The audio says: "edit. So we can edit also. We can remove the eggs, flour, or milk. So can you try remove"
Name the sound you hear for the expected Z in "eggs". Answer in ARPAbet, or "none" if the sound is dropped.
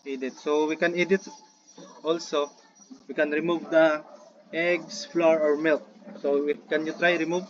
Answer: S